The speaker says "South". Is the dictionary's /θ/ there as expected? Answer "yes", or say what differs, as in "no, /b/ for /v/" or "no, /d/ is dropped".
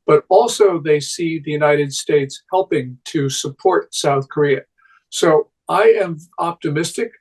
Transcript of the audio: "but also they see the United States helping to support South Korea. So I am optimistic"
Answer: yes